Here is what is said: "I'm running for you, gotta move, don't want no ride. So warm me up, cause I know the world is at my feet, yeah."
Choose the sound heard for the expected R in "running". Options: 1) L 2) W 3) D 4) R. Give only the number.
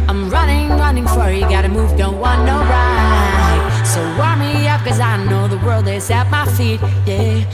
4